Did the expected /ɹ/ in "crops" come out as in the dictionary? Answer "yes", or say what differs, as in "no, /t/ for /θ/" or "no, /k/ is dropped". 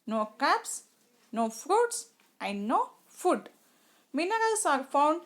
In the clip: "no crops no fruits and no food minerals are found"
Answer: no, /ɹ/ is dropped